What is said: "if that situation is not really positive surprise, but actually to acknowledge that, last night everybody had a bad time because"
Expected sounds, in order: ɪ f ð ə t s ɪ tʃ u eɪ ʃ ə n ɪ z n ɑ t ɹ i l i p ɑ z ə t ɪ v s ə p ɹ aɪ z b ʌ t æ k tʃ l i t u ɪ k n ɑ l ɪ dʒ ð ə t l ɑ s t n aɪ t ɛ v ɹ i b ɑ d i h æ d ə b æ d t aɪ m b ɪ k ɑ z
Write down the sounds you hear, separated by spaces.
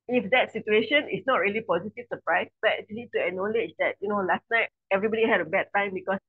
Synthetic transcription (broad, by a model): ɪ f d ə t s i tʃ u eɪ ʃ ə n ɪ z n ɑ t ɹ i l i p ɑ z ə t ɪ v s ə p ɹ aɪ s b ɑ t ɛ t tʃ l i t u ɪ n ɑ l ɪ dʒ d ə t l ɑ s t n aɪ t ɛ v ɹ i b ɑ d i h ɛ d ə b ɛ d t aɪ m b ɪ k ɑ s